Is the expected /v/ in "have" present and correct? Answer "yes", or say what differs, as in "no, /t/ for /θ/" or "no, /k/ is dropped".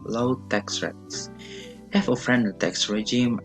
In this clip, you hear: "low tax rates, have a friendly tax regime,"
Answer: no, /f/ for /v/